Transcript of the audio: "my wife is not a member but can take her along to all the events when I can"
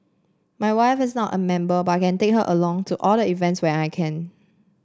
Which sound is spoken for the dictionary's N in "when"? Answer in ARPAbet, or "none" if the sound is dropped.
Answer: none